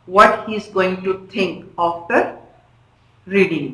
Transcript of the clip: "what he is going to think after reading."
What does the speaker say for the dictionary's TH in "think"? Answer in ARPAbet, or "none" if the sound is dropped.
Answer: T